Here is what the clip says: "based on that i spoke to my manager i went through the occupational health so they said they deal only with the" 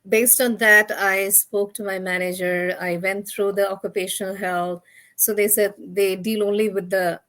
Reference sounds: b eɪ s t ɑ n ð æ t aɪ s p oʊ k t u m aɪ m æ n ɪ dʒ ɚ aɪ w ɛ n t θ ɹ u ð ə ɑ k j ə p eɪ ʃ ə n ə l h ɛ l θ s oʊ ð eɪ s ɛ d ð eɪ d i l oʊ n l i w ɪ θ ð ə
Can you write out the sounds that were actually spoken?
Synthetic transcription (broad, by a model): b eɪ s t ɑ n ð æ t aɪ s p oʊ k t u m aɪ m æ n ɪ dʒ ɚ aɪ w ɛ n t t ɹ u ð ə ɑ k j ə p eɪ ʃ ə n ə l h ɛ l t s oʊ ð eɪ s ɛ d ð eɪ d i l oʊ n l i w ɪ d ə